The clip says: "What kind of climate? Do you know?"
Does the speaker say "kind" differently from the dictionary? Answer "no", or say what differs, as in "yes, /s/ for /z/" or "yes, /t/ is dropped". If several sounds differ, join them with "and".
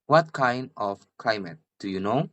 no